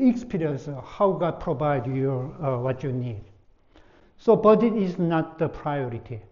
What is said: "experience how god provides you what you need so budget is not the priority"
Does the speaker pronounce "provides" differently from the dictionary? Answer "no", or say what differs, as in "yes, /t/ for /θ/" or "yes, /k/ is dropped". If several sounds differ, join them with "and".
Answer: yes, /z/ is dropped